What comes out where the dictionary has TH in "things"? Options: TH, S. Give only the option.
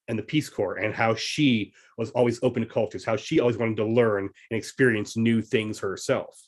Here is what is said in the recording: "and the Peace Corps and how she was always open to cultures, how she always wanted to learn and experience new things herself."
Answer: TH